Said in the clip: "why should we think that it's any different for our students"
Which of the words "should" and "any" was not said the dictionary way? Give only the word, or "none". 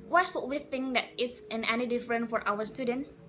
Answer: should